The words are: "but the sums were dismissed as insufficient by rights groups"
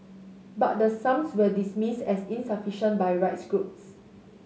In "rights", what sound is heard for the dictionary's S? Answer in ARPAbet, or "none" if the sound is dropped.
S